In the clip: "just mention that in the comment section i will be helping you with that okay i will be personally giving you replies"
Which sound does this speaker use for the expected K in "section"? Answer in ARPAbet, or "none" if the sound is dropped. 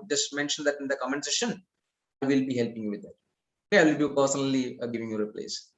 none